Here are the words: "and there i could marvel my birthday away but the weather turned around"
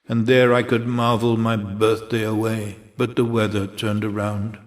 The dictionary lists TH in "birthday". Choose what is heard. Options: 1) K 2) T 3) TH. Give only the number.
3